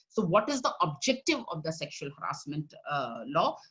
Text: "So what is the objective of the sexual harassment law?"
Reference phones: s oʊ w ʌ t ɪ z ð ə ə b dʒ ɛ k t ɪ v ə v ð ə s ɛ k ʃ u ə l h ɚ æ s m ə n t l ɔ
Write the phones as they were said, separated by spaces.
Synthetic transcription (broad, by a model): s oʊ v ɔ t ɪ z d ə ə b dʒ ɛ k t ɪ v ə v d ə s ɛ k ʃ u ə l h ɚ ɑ s m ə n t l ɔ